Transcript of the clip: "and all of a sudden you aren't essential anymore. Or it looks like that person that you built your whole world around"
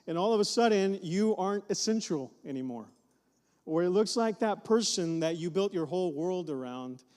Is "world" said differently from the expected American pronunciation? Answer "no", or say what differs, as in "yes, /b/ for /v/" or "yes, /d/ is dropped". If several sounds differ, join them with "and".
no